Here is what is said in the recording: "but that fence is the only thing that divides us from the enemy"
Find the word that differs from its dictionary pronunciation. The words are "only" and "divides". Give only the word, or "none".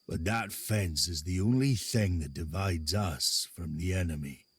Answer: none